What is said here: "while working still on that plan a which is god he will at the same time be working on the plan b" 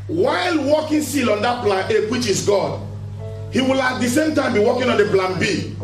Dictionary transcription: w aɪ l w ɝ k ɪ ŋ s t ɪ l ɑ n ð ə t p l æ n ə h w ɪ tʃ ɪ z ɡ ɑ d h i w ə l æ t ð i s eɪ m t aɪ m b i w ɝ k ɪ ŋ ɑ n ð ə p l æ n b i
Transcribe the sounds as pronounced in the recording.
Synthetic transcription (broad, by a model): w aɪ l w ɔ k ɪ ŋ s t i l ɑ n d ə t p l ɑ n ə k w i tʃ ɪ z ɡ ɑ d h i w ə l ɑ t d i s eɪ m t aɪ m b i w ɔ k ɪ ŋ ɑ n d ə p l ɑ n b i